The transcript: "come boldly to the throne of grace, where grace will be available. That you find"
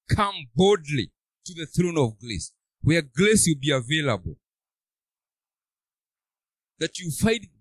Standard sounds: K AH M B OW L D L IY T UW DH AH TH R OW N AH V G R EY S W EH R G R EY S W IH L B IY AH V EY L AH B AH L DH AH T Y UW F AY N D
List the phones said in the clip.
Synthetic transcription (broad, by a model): K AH M B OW D L IY T UW DH AH TH R OW N AH V G L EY S W EH R G L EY S W IH L B IY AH V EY L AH B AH L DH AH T Y UW F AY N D